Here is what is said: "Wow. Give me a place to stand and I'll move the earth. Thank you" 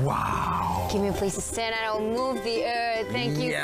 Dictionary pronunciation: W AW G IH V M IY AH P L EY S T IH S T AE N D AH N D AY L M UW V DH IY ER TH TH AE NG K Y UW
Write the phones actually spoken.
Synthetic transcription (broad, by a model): W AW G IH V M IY AH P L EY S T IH S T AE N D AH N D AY W M UW V DH IY ER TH TH AE NG K Y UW